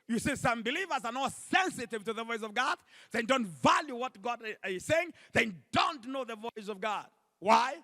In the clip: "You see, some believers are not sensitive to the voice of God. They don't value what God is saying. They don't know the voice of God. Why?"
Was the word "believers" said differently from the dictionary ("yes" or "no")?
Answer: no